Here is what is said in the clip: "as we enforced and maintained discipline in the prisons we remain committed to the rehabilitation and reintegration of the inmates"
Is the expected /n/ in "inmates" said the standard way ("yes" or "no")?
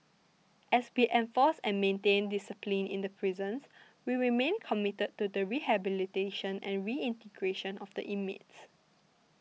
no